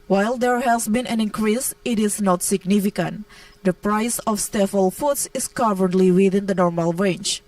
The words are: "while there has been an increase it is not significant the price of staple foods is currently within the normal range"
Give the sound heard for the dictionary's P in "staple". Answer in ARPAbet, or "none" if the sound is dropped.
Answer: F